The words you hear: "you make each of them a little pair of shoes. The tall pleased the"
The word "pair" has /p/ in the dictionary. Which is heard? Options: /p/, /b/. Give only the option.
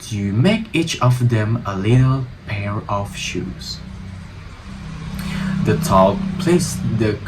/p/